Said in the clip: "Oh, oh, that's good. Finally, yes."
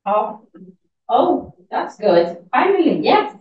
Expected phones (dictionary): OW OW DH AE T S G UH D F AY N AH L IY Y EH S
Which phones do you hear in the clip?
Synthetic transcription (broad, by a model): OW OW DH AE T S G UH D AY AH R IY Y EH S